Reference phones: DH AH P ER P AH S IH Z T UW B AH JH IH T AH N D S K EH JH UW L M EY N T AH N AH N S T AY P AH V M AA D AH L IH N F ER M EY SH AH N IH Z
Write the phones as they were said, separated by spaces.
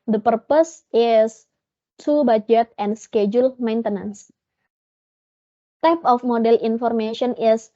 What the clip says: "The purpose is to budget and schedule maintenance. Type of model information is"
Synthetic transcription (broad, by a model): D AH P ER P AH S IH S T UW B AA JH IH T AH N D S K EH JH UW L M EY N T AH N AH N S T AY P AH F M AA D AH L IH N F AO M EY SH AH N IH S